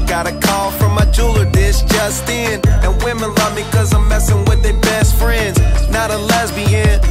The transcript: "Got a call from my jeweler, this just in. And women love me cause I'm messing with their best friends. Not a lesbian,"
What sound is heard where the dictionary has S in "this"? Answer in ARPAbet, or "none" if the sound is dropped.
SH